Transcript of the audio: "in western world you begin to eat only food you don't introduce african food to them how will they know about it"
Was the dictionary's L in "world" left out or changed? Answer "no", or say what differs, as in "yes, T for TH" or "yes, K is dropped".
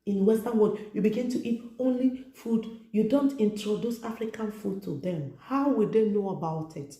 yes, L is dropped